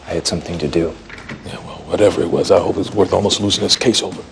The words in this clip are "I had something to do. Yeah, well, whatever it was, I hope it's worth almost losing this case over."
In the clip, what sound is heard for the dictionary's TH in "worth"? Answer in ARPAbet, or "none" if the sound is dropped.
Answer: TH